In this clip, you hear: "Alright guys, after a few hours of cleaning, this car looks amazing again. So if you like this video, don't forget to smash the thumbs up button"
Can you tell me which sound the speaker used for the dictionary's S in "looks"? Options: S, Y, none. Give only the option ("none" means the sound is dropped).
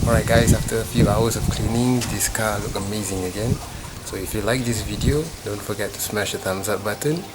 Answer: none